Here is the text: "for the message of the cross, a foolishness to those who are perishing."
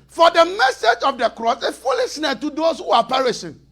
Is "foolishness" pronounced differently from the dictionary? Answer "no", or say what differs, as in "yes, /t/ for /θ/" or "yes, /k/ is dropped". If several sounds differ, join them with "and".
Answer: yes, /s/ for /ʃ/ and /s/ is dropped